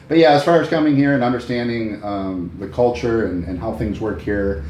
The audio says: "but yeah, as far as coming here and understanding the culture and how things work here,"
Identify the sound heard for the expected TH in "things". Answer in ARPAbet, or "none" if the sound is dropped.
TH